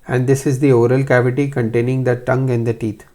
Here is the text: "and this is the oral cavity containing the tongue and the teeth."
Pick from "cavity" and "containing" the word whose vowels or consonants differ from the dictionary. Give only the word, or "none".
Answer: none